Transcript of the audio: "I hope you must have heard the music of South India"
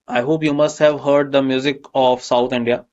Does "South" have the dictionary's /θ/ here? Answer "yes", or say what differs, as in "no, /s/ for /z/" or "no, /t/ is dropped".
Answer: no, /t/ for /θ/